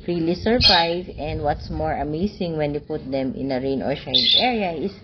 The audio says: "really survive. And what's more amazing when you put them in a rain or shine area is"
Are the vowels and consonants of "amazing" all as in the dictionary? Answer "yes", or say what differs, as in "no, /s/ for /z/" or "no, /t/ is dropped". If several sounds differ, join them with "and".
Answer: no, /s/ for /z/